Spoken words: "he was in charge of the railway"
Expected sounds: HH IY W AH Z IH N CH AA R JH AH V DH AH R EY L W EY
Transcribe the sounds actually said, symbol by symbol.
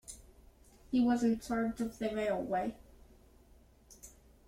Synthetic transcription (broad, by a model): HH IY W AH Z IH N S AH R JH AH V DH AH R EY L W EY